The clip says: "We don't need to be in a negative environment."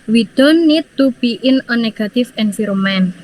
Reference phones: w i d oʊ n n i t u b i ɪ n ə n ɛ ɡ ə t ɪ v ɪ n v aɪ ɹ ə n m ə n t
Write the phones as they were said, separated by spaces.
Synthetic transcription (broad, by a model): w i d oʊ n n i t u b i ɪ n ə n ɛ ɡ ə t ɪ f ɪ n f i ɹ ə m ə n